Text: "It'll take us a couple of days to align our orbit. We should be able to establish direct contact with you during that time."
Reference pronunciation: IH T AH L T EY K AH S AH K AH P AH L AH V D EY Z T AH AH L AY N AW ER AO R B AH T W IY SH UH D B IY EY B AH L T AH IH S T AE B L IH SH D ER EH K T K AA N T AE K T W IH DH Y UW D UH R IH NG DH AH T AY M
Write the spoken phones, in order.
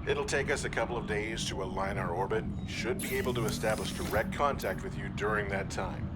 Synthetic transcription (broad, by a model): IH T L T EY K AH S AH K AH P L AH V D EY Z T AH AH L AY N AW ER AO R B AH T SH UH D B IY EY B L T AH IH S T AE B L IH SH D ER EH K T K AA N T AE K T W IH DH Y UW D UH R IH NG DH AH T AY M